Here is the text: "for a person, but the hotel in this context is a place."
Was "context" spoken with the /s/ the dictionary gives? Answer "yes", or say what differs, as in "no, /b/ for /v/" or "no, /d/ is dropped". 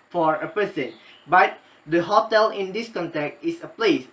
no, /s/ is dropped